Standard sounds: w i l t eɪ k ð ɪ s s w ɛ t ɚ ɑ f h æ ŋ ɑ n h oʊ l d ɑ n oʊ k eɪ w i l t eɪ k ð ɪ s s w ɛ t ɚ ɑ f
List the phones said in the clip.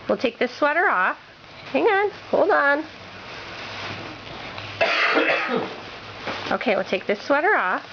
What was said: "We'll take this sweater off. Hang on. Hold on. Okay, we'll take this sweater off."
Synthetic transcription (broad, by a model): w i l t eɪ k ð ɪ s s w ɛ t ɚ ɑ f h æ ŋ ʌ n h oʊ l d n oʊ k eɪ w i l t eɪ k ð ɪ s s w ɛ t ɚ ɑ f